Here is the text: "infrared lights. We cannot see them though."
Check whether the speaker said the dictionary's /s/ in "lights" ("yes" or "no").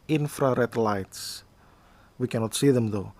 yes